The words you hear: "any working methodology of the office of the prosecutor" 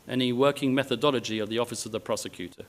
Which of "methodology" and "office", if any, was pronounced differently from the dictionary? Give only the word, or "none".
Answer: none